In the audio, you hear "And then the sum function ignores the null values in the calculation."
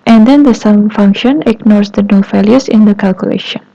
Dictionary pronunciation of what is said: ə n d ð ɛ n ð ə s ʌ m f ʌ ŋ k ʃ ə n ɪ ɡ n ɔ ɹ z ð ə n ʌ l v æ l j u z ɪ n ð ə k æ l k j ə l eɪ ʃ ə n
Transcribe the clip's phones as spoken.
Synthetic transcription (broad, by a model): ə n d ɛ n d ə s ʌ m f ʌ ŋ k ʃ ə n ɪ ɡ n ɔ ɹ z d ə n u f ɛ l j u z ɪ n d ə k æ l k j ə l eɪ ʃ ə n